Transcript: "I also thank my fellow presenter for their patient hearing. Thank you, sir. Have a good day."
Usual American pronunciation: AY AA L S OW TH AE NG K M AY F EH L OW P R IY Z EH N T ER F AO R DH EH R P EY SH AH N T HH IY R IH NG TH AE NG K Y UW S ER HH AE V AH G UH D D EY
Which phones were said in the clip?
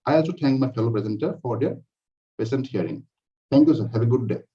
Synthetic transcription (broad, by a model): AY AA L S OW T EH NG K M AY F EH L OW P R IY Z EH N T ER F AO R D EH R P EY S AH N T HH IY R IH NG T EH NG K Y UW S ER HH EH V AH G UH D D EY